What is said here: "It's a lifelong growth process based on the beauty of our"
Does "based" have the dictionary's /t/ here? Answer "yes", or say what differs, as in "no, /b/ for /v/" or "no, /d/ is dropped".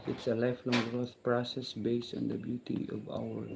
yes